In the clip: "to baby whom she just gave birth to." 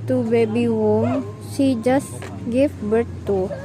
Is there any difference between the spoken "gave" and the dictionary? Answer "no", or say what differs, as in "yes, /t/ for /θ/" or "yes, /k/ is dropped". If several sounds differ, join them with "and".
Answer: yes, /f/ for /v/